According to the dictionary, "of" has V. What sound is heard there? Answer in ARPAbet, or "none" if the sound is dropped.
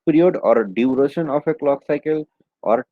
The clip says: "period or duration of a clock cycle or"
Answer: P